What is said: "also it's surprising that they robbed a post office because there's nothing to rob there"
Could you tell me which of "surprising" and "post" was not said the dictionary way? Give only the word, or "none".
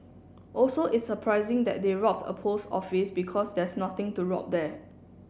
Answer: post